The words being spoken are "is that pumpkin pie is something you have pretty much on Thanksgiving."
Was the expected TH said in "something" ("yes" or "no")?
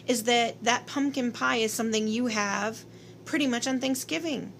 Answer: yes